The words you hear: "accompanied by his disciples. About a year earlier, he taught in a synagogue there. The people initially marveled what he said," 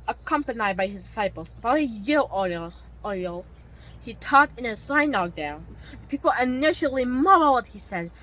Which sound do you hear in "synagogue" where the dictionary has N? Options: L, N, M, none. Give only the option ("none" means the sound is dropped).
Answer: none